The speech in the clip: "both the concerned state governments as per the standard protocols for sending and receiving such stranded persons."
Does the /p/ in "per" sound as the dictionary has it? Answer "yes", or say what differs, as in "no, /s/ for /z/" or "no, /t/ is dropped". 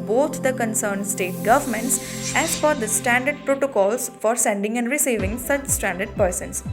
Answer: no, /f/ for /p/